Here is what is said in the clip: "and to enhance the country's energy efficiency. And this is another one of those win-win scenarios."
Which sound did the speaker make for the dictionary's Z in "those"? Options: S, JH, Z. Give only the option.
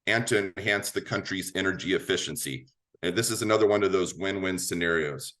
Z